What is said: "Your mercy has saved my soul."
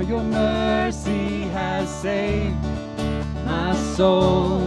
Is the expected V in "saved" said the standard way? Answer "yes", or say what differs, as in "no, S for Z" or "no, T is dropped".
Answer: no, V is dropped